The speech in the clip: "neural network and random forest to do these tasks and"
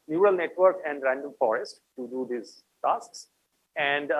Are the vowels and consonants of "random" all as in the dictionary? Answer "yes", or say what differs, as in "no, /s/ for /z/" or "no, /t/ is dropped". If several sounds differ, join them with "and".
yes